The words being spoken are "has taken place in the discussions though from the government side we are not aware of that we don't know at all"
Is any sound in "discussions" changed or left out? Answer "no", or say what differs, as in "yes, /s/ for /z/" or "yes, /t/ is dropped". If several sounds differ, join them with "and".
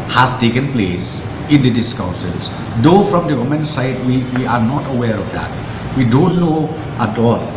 yes, /s/ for /ʃ/